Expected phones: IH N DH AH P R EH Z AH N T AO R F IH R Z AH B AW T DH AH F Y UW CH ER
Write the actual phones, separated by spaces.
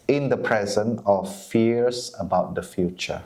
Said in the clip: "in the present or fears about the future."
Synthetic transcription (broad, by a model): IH N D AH P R EH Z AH N AO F F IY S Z AH B AW T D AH F Y UW CH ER